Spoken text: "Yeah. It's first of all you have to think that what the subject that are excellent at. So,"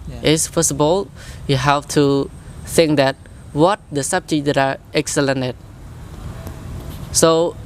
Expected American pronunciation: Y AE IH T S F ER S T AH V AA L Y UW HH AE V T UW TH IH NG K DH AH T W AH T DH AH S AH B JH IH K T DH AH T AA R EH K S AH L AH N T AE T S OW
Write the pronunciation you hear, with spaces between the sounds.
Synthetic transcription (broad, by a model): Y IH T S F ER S AH B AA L Y UW HH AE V T UW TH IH NG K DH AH T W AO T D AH S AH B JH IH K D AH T AA R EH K S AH L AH N EH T S OW